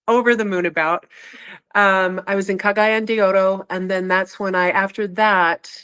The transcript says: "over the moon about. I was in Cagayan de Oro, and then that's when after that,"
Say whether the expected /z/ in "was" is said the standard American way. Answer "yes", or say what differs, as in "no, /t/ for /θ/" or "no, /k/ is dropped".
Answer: yes